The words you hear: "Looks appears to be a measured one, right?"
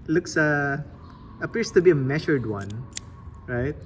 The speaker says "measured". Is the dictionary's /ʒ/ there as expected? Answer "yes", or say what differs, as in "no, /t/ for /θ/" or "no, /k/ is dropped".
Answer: no, /ʃ/ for /ʒ/